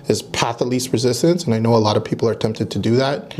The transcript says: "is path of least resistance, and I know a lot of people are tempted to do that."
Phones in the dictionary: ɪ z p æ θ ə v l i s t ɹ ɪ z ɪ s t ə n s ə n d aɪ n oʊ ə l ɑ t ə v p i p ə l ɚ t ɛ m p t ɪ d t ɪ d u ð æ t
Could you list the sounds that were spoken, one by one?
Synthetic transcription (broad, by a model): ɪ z p æ θ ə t l i s t ɹ ɪ z ɪ s t ə n s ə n aɪ n oʊ ə l ɑ t ə v p i p l ɚ t ɛ m p t ɪ d t ɪ d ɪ ð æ t